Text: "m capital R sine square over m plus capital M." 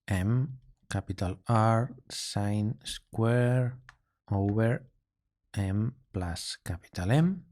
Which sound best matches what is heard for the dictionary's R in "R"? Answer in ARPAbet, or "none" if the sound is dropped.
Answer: R